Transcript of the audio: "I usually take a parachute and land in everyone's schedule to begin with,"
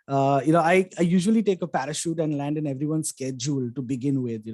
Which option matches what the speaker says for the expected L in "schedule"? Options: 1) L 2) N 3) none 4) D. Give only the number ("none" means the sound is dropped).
1